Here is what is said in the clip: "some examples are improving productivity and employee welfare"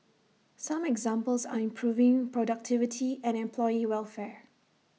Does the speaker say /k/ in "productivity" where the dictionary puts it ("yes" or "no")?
yes